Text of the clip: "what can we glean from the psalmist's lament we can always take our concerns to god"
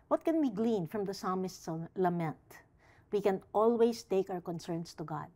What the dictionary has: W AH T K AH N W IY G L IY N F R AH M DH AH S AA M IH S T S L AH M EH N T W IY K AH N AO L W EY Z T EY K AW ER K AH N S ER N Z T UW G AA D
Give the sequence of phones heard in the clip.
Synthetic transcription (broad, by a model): W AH T K AH N W IY G L IY N F R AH M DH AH S AA M IH S T S L AH M EH N T W IY K AH N AO L W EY S T EY K AW ER K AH N S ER N S T UW G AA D